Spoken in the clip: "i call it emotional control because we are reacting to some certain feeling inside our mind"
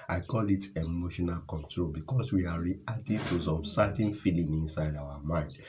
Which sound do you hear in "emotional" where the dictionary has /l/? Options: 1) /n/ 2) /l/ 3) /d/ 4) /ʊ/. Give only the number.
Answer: 2